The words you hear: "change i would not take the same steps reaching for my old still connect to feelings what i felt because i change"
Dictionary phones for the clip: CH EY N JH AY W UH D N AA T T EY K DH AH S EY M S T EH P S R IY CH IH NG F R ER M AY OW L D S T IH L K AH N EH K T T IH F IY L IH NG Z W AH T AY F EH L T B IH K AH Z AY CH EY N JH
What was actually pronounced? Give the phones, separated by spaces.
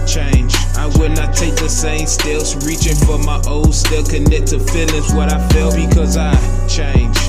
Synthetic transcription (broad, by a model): CH EY N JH AY W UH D N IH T T EY K DH AH S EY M S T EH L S R IY CH IH NG F R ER M AY OW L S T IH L K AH N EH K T T IH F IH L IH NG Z W AH T AY F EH L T B IH K AH Z AY CH EY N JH